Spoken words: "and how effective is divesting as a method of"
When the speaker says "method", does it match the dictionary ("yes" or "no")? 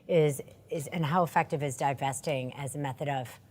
yes